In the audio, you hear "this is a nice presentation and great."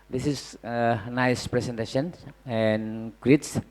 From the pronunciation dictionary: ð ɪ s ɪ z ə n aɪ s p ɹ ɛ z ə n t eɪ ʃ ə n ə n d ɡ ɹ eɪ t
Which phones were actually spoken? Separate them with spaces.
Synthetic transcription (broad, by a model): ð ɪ s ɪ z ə n aɪ s p ɹ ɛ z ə n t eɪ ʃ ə n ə n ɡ ɹ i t